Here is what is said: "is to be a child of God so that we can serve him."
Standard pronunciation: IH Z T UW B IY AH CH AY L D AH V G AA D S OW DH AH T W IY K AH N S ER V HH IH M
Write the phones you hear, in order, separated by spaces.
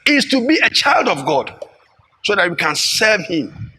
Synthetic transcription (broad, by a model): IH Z T UW B IY AH CH AY L D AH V G AA D S OW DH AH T W IY K AH N S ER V HH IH M